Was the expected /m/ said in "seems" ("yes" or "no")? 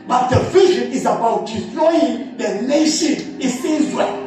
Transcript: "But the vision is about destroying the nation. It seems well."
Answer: no